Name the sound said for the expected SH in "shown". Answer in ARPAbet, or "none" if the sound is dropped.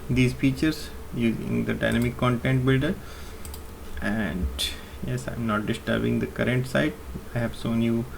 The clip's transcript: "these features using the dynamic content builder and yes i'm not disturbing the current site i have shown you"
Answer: S